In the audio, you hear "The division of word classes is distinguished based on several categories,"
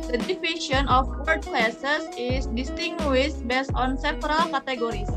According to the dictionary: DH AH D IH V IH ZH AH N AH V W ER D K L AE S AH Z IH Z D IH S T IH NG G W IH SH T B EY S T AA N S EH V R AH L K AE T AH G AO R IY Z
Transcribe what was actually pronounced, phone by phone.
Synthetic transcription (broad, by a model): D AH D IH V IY SH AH N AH F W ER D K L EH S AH S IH S D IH S T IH NG G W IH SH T B EY S T AA N S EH P R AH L K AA T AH G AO R IY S